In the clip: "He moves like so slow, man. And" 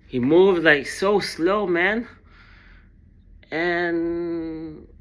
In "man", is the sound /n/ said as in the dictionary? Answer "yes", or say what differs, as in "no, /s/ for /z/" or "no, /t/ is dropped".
yes